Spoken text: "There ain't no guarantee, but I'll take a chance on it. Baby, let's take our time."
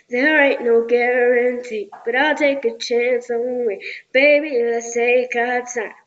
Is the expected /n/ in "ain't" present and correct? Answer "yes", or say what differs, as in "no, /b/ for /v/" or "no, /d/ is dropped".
no, /n/ is dropped